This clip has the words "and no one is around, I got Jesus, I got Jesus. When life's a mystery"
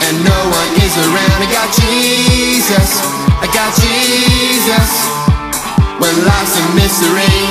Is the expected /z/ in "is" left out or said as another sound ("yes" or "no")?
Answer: no